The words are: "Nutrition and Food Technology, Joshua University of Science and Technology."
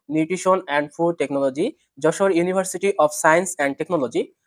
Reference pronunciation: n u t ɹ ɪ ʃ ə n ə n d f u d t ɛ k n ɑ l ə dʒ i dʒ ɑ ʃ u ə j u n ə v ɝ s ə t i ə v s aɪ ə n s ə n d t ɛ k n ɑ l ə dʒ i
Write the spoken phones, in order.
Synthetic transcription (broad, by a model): n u t ɹ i ʃ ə n ə n d f u d t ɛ k n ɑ l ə dʒ i dʒ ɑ ʃ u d j u n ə b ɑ s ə t i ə p s aɪ ə n s ə n d t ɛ k n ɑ l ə dʒ i